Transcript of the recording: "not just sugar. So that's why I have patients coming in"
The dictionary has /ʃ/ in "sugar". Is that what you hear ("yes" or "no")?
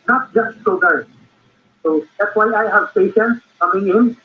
no